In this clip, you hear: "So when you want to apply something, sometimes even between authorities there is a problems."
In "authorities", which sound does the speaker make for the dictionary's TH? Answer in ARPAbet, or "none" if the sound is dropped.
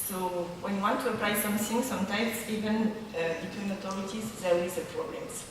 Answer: T